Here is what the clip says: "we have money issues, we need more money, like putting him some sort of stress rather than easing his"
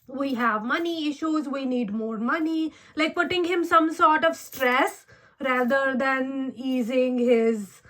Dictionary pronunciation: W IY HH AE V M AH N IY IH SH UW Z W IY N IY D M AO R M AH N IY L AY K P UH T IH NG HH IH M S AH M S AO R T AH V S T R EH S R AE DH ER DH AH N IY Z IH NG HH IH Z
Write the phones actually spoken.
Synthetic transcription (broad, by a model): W IY HH AE V M AH N IY IH SH UW Z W IY N IY D M AO R M AH N IY L AY K P UH T IH NG HH IH M S AH M S AO R T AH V S T R EH S R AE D ER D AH N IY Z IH NG HH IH Z